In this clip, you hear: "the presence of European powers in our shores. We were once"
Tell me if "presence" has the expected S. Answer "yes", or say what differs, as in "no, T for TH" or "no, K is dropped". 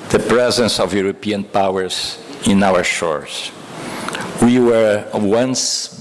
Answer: yes